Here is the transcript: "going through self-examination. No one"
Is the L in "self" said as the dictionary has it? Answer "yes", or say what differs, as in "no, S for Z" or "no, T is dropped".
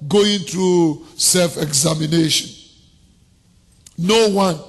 yes